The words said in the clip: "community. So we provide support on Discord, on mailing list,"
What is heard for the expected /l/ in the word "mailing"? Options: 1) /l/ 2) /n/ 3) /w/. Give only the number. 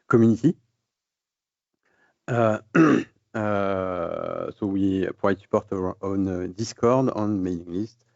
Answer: 2